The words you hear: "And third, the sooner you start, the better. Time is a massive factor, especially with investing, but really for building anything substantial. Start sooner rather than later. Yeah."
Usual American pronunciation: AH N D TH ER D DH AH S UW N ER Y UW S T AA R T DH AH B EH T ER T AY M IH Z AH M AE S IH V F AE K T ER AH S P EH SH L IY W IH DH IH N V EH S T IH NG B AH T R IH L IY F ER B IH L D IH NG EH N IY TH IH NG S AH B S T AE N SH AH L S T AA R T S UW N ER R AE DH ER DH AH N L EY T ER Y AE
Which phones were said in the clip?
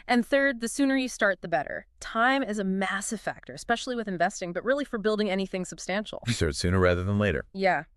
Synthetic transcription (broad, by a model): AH N TH ER D DH AH S UW N ER Y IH S T AA R T DH AH B EH T ER T AY M IH Z AH M AE S IH V F AE K T ER AH S P EH SH L IY W IH DH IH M V EH S T IH NG B AH T R IH L IY F ER B IH L D IH NG EH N IY TH IH NG S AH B S T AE N SH L S T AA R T S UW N ER R AE DH ER DH AH N L EY T ER Y AE